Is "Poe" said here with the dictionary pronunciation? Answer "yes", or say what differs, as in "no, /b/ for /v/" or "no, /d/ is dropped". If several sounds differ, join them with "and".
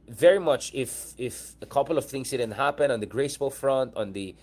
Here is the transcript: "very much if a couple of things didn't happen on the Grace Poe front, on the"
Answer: no, /b/ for /p/